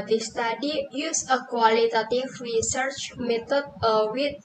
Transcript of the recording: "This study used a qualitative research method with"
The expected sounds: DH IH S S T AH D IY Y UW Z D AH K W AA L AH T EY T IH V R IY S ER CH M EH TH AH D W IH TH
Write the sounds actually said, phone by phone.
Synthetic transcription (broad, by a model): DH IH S S T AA D IY Y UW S AH K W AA L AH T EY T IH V R IY S ER CH M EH T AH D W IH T